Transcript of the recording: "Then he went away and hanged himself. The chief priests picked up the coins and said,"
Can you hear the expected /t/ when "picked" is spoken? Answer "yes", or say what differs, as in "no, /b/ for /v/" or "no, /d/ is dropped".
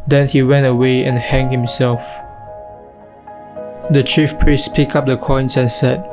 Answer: no, /t/ is dropped